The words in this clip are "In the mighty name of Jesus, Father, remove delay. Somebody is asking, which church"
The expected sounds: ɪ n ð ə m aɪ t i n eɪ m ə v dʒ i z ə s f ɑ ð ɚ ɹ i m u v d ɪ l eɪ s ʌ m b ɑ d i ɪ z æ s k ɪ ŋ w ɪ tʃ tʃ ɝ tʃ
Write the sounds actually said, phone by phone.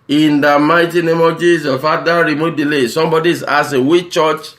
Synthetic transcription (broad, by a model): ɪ n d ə m aɪ t i n eɪ m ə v dʒ i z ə f ɑ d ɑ ɹ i m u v d ɪ l eɪ s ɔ m b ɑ d i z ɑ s ɪ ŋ w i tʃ tʃ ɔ tʃ